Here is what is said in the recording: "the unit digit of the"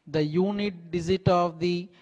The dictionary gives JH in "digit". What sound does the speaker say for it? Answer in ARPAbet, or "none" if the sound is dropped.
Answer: Z